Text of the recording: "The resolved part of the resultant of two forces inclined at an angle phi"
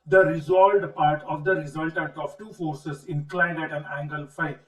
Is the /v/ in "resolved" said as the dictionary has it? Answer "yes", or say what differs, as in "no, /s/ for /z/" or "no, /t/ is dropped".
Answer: no, /v/ is dropped